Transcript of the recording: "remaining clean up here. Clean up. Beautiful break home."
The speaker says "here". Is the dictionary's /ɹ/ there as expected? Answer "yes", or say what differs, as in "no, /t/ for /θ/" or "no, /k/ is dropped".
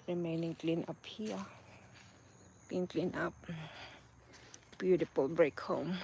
no, /l/ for /ɹ/